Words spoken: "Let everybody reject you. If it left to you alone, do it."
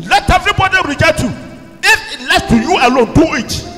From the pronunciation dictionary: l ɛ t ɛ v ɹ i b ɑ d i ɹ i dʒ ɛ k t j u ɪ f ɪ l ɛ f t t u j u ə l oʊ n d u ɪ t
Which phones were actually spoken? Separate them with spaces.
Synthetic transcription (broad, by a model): l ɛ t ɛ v ɹ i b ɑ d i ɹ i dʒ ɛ t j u ɪ f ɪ l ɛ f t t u j u ə l oʊ n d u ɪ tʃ